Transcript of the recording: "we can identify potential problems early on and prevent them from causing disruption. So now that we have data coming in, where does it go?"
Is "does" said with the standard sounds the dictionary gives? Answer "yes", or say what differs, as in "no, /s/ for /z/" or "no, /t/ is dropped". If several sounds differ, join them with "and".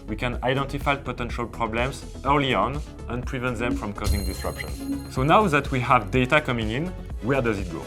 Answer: yes